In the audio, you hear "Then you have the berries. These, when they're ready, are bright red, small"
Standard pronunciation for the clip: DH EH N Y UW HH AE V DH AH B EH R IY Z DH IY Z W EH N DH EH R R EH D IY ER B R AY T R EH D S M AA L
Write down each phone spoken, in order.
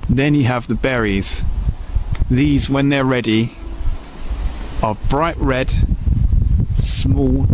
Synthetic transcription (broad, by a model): DH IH N Y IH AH V DH AH B EH R IY Z DH IY Z W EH N DH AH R R EH D IY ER B R AY T R EH D S M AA L